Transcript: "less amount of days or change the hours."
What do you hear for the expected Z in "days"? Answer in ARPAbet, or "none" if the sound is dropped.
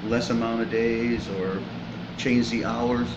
Z